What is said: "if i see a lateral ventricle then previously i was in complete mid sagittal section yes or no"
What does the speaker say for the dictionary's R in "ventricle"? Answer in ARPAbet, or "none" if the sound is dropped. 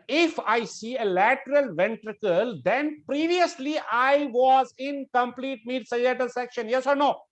R